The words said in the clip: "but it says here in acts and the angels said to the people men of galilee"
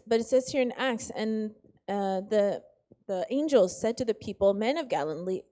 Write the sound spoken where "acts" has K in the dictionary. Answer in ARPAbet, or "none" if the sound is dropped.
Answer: K